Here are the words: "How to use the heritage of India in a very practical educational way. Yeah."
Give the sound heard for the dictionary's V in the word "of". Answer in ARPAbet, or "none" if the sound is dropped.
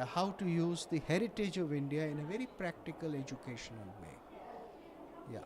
V